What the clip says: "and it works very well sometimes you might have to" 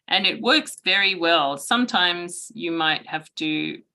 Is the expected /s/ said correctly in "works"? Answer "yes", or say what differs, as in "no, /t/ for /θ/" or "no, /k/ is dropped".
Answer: yes